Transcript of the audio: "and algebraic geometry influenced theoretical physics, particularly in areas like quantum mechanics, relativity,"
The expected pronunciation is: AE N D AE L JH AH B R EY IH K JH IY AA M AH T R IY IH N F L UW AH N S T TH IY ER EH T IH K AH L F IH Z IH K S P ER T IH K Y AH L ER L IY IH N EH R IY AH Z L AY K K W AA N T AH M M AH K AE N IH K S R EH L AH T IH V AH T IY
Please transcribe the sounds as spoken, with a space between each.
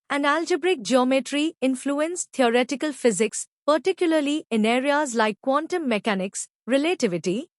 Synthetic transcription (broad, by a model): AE N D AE L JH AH B R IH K JH IY AA M AH T R IY IH N F L UW AH N S T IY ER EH T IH K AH L F IH Z IH K S P ER T IH K Y AH L ER L IY IH N EH R IY AH Z L AY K K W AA N T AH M M AH K AE N IH K S R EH L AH T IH V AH T IY